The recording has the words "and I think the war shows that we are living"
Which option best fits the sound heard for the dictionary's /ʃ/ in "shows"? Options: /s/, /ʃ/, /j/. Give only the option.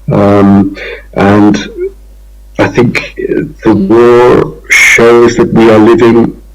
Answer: /ʃ/